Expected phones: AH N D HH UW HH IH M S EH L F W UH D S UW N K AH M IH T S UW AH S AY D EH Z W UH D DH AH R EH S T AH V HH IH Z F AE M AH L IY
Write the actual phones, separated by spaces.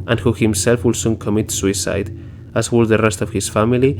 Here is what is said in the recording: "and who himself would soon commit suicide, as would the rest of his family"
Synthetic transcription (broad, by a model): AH N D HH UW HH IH M S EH L F W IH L S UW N K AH M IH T S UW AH S AY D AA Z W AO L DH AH R EH S T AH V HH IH S F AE M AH L IY